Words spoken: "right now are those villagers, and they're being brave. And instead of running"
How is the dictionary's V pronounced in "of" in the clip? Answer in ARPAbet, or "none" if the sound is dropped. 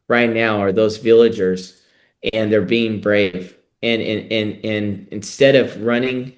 V